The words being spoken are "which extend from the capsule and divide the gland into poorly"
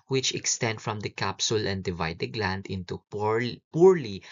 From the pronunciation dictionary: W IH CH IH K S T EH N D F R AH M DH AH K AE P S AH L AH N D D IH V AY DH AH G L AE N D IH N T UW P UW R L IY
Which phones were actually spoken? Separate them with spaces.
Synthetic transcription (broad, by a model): W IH CH IH K S T EH N D F R AH M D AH K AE P S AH L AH N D D IH V AY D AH G L AE N D IH N T UW P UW R L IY